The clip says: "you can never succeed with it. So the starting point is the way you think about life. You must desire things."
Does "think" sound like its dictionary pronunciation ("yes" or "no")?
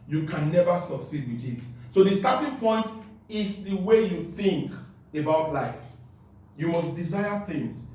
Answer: yes